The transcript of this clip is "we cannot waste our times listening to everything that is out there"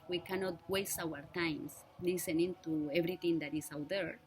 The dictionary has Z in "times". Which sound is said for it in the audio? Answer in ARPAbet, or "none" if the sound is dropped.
S